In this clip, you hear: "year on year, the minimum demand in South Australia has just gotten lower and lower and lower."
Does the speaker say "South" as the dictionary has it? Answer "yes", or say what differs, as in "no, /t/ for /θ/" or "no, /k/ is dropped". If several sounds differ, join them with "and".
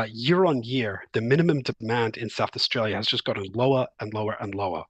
yes